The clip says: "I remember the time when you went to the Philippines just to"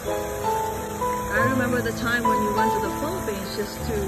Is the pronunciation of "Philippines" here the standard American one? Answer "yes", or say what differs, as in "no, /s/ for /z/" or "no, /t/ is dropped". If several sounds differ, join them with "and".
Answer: no, /p/ is dropped